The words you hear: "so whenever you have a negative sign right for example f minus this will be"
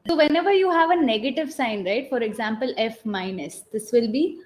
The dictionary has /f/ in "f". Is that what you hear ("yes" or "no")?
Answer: yes